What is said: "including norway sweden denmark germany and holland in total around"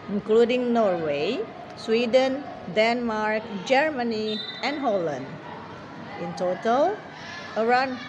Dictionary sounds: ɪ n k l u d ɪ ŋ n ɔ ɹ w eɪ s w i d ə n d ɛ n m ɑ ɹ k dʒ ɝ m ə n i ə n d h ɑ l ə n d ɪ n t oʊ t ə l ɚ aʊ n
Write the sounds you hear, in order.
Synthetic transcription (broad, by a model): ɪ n k l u d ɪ ŋ n ɔ ɹ w eɪ s w i d ə n d ɛ n m ɑ ɹ k dʒ ɝ m ə n i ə n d h ɑ l ə n d ɪ n t oʊ t ə l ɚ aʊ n